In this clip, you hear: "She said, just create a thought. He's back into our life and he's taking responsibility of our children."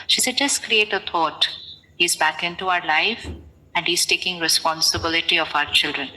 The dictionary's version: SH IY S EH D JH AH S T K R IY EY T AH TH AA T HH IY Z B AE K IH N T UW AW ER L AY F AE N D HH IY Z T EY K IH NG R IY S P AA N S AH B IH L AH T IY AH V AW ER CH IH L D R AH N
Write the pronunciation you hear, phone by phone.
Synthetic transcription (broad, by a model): SH IY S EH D JH AH S T K R IY EY T AH T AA T HH IY Z B AE K IH N T UW AW ER L AY F AE N D HH IY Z T EY K IH NG R IY S P AA N S AH B IH L AH T IY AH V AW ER CH IH L D R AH N